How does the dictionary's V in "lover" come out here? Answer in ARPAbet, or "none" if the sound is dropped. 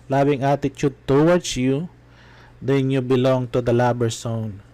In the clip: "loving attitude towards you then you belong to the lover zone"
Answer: B